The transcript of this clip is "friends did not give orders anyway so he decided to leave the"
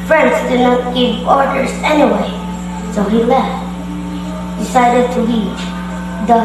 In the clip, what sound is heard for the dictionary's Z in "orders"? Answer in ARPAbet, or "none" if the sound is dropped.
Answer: S